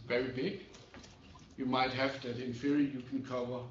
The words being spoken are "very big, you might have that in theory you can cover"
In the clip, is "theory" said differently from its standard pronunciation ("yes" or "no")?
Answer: yes